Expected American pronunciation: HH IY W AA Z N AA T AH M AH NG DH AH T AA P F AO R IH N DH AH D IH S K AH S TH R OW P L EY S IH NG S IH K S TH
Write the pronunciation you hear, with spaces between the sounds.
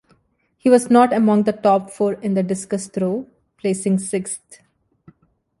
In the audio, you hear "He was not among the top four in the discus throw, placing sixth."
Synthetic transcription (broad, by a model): HH IY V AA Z N AA T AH M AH NG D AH T AA P F AO R IH N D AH D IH S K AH S T R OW P L EY S IH NG S IH K S T